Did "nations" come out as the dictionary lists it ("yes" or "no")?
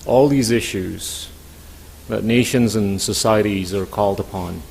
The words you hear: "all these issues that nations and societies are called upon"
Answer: yes